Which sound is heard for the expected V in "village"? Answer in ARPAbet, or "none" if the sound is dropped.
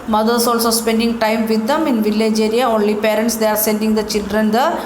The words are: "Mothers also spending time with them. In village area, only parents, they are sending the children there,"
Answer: V